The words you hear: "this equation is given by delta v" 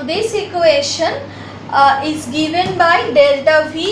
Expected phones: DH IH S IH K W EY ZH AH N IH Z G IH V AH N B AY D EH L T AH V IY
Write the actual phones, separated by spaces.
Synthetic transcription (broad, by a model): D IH S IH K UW EY SH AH N IH Z G IH V AH N B AY D EH L T AH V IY